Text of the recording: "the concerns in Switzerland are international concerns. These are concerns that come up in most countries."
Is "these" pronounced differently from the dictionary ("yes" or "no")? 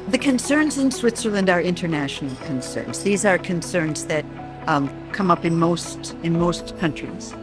no